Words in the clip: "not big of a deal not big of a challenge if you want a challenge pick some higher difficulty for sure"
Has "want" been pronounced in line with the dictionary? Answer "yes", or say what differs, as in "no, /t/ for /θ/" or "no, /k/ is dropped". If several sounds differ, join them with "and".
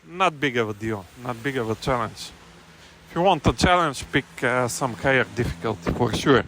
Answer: yes